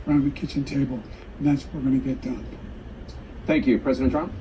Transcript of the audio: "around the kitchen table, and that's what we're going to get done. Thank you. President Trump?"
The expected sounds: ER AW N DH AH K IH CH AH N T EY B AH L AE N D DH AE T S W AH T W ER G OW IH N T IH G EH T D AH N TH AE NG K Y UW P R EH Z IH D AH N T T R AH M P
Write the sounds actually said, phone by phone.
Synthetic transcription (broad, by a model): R AW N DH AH K IH CH AH N T EY B AH L N DH AE T S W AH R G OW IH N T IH G EH T D AH N TH AE NG K Y UW P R EH Z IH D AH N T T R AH M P